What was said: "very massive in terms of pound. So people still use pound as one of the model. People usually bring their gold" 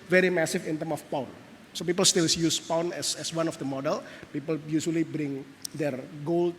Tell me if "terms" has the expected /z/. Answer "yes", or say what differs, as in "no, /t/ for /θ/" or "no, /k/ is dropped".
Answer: no, /z/ is dropped